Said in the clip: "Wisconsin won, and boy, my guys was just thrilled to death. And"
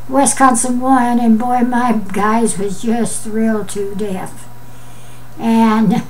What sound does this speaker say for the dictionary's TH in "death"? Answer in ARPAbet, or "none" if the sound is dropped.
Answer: F